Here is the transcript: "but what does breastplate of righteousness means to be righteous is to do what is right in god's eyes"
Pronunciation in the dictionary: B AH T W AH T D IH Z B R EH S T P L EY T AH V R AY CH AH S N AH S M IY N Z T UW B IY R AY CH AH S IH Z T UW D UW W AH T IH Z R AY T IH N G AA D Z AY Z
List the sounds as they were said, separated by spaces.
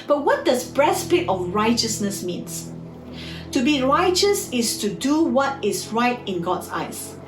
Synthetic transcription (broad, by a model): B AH T W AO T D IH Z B R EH S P IH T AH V R AY CH AH S N AH S M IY N S T UW B IY R AY CH AH S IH S T UW D UW W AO T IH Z R AY T IH N G AA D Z AY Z